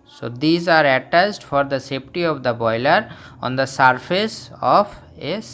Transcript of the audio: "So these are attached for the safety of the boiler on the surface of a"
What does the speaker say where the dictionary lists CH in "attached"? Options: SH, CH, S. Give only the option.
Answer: S